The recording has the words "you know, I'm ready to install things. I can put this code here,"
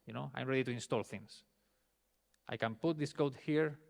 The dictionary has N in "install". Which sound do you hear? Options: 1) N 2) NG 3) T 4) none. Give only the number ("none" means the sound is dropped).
1